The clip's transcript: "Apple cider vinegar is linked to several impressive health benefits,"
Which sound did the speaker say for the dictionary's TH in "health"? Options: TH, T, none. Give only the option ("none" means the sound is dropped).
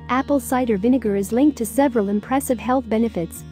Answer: TH